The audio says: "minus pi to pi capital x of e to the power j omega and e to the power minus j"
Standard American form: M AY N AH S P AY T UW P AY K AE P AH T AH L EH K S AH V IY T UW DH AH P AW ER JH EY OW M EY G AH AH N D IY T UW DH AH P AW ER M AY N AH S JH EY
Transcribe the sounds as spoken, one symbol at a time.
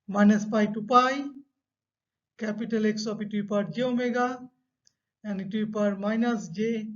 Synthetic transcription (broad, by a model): M AY N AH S P AY T UW P AY K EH P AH T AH L EH K S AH P IY T UW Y P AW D JH EY OW M EY G AH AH N IY T UW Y P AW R M AY N AH S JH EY